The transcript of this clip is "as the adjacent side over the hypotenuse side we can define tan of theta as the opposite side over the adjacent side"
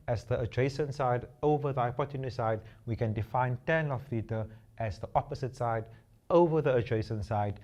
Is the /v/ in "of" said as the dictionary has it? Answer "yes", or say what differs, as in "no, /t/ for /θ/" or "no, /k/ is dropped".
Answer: no, /f/ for /v/